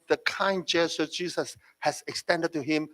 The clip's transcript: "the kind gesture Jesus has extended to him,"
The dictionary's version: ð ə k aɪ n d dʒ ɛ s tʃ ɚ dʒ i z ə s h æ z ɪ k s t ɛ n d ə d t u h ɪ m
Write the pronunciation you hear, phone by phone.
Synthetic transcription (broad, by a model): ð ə k aɪ n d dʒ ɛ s ɚ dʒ i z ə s h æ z ɪ k s t ɛ n d ə d t u h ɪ m